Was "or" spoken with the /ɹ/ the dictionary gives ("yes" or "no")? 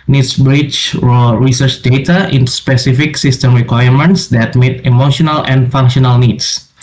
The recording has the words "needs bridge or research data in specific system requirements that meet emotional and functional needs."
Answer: no